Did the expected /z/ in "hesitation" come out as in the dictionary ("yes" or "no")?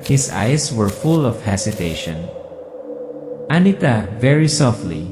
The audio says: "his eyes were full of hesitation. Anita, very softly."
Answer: no